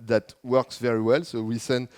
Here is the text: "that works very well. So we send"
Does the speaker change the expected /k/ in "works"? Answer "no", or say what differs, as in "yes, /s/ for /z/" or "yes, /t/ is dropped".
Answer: no